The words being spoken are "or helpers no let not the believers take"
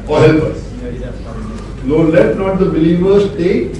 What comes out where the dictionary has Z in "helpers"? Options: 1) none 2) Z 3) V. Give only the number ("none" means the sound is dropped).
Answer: 1